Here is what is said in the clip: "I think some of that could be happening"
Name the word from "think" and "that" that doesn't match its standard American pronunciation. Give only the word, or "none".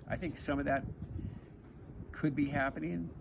none